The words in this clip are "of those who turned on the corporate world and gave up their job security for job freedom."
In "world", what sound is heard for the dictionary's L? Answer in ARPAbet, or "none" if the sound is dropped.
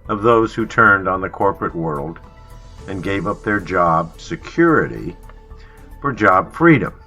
L